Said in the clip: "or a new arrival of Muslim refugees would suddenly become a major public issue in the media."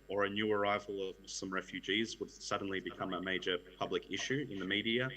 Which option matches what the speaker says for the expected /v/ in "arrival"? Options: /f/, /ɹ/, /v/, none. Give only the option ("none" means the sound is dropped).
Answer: /v/